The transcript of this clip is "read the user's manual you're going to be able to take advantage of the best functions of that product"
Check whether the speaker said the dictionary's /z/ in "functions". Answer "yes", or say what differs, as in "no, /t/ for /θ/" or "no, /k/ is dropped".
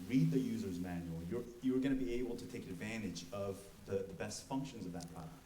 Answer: yes